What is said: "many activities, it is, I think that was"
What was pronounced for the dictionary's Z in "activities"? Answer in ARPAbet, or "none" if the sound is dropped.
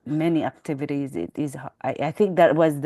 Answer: Z